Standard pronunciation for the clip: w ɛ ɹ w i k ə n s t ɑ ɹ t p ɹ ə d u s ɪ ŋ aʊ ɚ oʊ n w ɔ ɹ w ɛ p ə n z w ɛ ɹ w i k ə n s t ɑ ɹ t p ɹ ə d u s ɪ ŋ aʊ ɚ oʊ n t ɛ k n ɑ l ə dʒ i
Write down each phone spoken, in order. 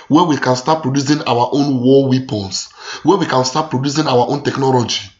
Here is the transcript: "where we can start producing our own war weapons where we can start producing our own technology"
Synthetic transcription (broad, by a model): w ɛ w i k ə n s t ɑ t p ɹ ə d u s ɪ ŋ aʊ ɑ oʊ n w ɔ w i p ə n s w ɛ w i k ə n s t ɑ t p ɹ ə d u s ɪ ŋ aʊ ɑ oʊ n t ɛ k n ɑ l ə dʒ i